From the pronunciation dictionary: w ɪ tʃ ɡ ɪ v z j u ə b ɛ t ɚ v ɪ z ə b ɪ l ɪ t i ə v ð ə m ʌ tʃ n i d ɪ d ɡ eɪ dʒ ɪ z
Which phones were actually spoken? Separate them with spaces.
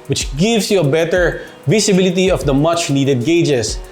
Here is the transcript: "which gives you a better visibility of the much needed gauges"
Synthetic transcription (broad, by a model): w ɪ tʃ ɡ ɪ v s j u ə b ɛ t ɚ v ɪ s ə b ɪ l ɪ t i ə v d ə m ʌ tʃ n i d ɪ d ɡ eɪ dʒ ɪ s